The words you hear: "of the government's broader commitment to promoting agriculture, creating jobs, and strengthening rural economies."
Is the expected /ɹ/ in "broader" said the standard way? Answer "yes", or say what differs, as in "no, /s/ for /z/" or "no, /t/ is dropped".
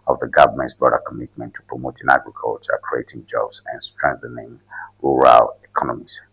no, /ɹ/ is dropped